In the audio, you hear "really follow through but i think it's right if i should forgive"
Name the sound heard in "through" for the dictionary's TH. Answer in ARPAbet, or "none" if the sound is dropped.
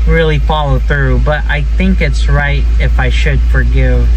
TH